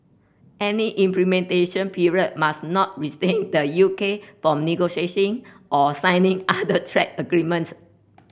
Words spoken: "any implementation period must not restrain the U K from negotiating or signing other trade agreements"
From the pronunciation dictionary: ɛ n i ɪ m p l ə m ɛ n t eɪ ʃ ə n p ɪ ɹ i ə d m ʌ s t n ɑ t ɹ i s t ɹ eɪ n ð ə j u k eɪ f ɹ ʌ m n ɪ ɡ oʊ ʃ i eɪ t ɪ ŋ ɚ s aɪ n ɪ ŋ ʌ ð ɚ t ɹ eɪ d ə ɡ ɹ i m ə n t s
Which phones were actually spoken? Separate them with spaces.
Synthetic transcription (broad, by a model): ɛ n i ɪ m p l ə m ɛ n t eɪ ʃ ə n p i ɹ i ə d m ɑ s n ɑ t ɹ i s t eɪ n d ə j u k eɪ f ɹ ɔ m n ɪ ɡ oʊ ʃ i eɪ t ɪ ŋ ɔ s aɪ n ɪ ŋ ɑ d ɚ t ɹ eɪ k ə ɡ ɹ i m ə n t s